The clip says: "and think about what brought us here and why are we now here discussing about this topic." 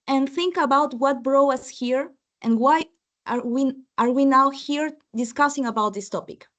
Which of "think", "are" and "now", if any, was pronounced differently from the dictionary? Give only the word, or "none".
none